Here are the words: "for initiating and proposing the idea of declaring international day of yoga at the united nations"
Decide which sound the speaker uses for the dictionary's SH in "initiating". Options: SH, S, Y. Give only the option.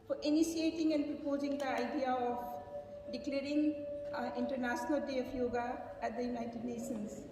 S